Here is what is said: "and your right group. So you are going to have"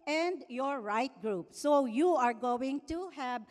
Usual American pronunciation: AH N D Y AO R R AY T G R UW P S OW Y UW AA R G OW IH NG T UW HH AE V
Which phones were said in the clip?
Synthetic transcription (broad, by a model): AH N D Y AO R R AY T G R UW P S OW Y UW AA R G OW IH NG T UW HH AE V